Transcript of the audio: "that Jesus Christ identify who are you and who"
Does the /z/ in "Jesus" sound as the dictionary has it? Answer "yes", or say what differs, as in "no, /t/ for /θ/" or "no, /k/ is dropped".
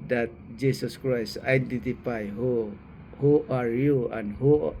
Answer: no, /s/ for /z/